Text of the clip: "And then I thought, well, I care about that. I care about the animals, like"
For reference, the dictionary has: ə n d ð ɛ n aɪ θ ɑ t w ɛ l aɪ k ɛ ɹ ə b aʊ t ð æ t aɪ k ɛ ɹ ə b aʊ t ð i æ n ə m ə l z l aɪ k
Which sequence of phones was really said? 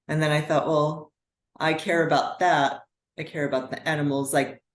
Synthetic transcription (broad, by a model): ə n ð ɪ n aɪ θ ɑ t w ɛ l aɪ k ɛ ɹ ə b aʊ t ð æ t aɪ k ɛ ɹ ə b aʊ t ð i æ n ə m l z l aɪ k